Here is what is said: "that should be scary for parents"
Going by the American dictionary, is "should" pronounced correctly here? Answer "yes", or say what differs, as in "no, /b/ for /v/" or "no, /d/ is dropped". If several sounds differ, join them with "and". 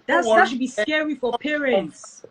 no, /s/ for /ʃ/